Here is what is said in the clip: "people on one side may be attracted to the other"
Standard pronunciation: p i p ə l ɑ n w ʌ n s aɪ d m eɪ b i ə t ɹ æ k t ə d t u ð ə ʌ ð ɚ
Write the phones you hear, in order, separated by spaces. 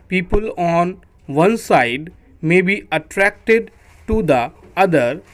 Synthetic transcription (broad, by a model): p i p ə l ɑ n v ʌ n s aɪ d m eɪ b i ə t ɹ æ k t ə d t u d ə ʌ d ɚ